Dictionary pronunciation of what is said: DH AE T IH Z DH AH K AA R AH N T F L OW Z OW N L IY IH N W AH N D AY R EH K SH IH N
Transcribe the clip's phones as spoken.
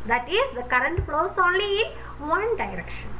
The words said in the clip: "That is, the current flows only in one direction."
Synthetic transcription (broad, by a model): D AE T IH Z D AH K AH R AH N T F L OW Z OW N L IY IH N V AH N D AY R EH K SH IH N